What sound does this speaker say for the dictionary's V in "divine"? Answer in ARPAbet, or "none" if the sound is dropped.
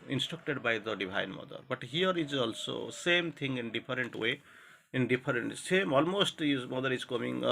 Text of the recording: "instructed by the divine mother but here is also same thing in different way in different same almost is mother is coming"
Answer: B